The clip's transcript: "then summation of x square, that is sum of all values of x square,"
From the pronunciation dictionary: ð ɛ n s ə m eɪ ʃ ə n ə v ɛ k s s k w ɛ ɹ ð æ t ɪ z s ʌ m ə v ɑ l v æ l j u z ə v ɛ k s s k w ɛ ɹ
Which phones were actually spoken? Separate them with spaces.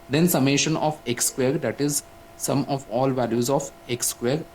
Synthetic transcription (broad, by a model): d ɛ n s ə m eɪ ʃ ə n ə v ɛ k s s k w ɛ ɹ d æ t ɪ z s ʌ m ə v ɑ l v æ l j u z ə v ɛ k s s k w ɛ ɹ